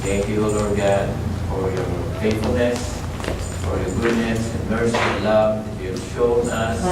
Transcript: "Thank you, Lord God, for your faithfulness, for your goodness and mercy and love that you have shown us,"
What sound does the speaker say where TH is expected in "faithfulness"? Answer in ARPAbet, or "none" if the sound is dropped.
T